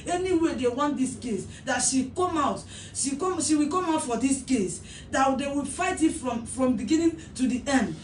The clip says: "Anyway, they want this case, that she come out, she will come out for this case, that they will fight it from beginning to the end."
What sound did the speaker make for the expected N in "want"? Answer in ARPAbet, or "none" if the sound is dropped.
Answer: N